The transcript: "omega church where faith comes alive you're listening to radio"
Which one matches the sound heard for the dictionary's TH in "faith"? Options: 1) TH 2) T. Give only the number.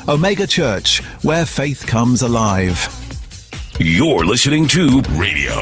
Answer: 1